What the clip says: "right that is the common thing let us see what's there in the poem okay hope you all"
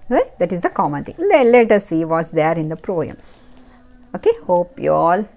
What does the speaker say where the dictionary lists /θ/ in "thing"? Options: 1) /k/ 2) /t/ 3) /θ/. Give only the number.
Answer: 2